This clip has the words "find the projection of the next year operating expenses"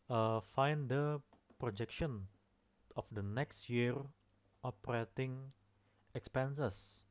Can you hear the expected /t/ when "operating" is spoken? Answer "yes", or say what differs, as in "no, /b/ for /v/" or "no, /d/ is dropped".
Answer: yes